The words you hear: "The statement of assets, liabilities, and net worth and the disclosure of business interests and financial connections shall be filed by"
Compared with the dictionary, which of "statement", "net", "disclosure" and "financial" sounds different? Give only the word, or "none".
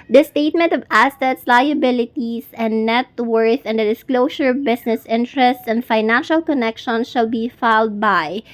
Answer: disclosure